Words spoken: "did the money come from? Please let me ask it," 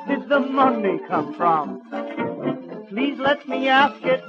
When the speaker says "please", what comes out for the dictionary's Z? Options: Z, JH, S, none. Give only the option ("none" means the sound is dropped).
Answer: Z